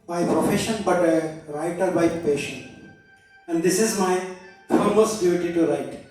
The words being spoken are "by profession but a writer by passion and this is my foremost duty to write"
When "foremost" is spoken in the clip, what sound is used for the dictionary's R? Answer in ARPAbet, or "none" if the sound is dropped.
L